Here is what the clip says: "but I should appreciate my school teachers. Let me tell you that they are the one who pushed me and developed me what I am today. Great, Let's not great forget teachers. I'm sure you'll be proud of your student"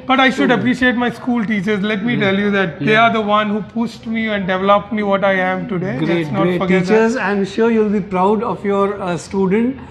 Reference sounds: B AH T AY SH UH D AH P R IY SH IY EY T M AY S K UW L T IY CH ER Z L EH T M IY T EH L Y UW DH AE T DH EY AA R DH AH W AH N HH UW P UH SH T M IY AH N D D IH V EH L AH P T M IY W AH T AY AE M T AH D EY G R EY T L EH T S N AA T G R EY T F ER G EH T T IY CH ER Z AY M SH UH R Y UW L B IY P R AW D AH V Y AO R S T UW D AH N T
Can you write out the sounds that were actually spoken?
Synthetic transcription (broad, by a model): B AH T AY SH UH D AH P R IY SH IY EY T M AY S K UW L T IY CH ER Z L EH T M IY T EH L Y UW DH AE T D EY AA R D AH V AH N HH UW P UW S T M IY AH N D D IH V EH L AH P T M IY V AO T AY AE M T AH D EY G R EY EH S N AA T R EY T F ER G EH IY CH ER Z AY M SH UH R Y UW L B IY P R AW D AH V Y AO R S T UW D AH N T